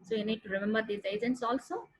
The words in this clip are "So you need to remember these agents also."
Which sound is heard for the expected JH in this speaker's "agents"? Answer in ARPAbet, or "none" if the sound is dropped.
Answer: Z